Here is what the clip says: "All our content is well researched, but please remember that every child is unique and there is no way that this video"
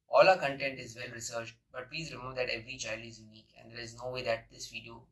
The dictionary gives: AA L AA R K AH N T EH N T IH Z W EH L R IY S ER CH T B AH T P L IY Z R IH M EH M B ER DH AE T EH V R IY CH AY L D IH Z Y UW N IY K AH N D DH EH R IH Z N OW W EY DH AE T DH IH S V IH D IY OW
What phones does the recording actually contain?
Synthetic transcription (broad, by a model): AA L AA K AH N T EH N T IH Z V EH L R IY S ER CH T B AH T P L IY Z R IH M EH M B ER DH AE T EH V R IY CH AY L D IH Z Y UW N IY K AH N D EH R IH Z N OW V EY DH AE T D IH S V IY D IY OW